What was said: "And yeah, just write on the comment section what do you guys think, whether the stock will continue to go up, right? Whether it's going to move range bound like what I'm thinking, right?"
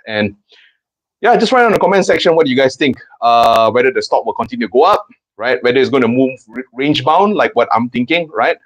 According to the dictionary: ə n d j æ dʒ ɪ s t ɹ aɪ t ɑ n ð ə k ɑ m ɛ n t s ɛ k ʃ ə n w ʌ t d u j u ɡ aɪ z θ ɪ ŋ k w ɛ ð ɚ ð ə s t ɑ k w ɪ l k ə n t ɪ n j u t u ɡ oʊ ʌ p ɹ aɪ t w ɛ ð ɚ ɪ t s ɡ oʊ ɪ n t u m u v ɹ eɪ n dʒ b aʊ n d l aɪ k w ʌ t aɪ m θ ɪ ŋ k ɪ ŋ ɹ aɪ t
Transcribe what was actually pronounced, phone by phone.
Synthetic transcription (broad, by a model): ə n j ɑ dʒ ɪ s t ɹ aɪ ɑ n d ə k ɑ m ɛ n s ɛ k ʃ ə n w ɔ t d u j u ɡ aɪ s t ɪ ŋ k w ɛ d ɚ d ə s t ɑ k w ɪ l k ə n t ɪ n j u t u ɡ oʊ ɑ p ɹ aɪ t w ɛ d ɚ ɪ t s ɡ oʊ ɪ n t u m u v ɹ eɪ n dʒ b aʊ n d l aɪ k w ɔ t aɪ m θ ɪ ŋ k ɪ ŋ ɹ aɪ t